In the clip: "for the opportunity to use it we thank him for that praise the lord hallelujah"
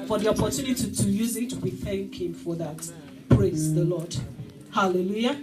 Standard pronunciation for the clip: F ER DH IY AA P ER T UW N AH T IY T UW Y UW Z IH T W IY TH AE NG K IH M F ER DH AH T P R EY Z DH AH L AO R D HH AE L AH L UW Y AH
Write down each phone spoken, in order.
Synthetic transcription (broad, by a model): F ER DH IY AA P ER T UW N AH T IY T UW Y UW Z IH T W IY TH AE NG K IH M F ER DH AH T P R EY Z DH AH L AO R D HH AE L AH L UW Y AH